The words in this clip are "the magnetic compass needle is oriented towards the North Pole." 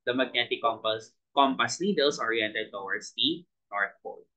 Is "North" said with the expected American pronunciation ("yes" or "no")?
no